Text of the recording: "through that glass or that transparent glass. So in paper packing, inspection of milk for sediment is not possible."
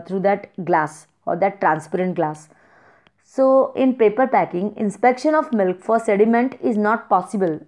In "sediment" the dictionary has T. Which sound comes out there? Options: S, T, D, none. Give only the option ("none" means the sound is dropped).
T